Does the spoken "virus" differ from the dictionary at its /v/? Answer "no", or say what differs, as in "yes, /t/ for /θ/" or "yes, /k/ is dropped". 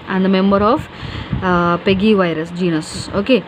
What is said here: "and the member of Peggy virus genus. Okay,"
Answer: no